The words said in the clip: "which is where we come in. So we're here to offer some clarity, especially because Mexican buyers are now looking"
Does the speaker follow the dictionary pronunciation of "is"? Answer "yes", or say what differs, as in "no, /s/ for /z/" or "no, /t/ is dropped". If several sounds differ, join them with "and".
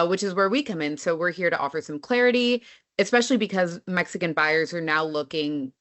yes